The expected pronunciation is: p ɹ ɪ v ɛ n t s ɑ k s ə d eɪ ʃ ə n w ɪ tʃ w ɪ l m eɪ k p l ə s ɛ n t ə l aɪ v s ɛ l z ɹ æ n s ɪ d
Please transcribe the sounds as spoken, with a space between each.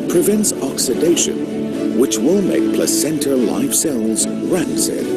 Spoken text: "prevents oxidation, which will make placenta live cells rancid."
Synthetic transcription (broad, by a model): p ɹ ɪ v ɛ n t s ɑ k s ə d eɪ ʃ ə n w ɪ tʃ w ɪ l m eɪ k p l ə s ɛ n t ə l aɪ f s ɛ l z ɹ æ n s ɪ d